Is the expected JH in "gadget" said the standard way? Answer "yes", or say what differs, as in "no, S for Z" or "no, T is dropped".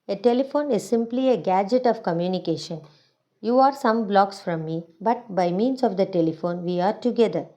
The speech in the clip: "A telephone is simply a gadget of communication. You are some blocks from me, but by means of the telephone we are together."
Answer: yes